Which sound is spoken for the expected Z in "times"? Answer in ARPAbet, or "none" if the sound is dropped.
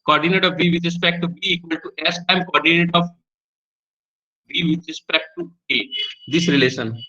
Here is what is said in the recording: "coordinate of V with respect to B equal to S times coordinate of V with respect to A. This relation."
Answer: none